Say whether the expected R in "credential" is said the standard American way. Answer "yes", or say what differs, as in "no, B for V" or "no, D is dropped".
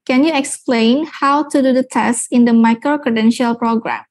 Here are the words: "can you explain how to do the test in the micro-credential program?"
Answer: yes